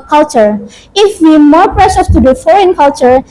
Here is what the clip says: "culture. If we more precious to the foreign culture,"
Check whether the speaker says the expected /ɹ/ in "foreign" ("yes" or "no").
yes